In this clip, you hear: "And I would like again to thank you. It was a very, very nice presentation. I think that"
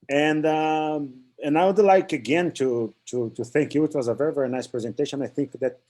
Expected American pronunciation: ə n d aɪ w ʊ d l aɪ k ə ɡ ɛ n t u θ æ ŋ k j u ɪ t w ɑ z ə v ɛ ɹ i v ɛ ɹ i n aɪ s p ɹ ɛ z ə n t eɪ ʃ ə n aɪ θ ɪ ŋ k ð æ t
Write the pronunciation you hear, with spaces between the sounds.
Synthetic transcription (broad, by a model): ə n d aɪ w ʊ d l aɪ k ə ɡ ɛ n t u θ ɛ ŋ k j u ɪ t w ɑ z ə v ɛ ɹ i v ɛ ɹ i n aɪ s p ɹ ɛ z ə n t eɪ ʃ ə n aɪ θ ɪ ŋ k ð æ t